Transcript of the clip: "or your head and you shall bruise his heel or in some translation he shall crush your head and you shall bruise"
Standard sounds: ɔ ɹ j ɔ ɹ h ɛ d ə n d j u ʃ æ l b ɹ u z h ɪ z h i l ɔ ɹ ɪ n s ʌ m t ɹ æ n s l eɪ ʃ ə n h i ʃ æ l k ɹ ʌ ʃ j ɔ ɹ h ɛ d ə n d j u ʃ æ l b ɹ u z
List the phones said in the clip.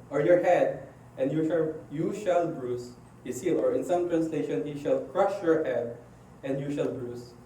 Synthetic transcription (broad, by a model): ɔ ɹ j ɔ ɹ h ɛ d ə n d j u ʃ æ l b ɹ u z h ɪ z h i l ɔ ɹ ɪ n s ʌ m t ɹ æ n s l eɪ ʃ ə n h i ʃ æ l k ɹ ʌ ʃ j ɔ ɹ h ɛ d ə n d j u ʃ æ l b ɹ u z